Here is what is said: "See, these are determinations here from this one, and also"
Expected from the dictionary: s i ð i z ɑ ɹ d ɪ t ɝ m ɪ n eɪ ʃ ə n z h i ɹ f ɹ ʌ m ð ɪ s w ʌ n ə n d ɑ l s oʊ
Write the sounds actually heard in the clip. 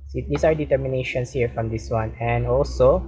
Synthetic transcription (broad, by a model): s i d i s ɑ ɹ d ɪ t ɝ m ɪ n eɪ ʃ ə n s h i ɹ f ɹ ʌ m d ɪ s w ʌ n ə n d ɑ l s oʊ